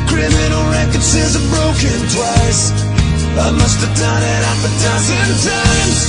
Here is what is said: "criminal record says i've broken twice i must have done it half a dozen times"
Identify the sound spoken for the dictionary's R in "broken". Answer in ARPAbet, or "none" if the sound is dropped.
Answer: R